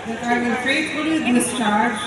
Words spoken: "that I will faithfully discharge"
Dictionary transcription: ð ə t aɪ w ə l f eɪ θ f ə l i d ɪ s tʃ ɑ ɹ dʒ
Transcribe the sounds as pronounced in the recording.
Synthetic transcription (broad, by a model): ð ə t aɪ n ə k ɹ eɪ t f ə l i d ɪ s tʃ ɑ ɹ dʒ